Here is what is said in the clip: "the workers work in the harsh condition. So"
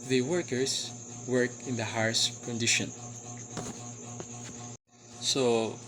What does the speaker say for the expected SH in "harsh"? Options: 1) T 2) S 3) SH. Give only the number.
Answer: 2